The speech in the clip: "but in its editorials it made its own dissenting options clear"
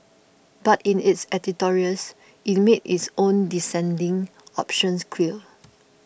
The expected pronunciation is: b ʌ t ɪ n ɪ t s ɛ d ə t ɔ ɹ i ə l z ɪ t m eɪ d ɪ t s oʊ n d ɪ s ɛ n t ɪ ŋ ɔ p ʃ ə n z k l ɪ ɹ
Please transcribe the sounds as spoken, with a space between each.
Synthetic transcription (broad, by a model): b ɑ t ɪ n ɪ t s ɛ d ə t ɔ ɹ i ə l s ɪ t m eɪ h ɪ t s oʊ n d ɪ s ɛ n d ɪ ŋ ɔ p ʃ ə n s k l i l